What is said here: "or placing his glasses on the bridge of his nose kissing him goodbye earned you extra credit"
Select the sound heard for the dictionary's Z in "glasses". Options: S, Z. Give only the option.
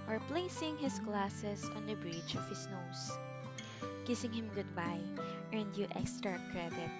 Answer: S